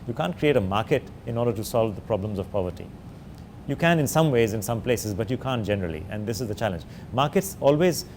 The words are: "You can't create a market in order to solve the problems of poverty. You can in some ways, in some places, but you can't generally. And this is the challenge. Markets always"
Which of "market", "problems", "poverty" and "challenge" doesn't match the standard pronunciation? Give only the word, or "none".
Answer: none